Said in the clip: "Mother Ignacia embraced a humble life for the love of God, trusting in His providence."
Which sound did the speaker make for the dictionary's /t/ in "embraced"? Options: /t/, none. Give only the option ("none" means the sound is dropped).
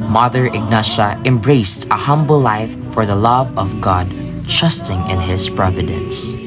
/t/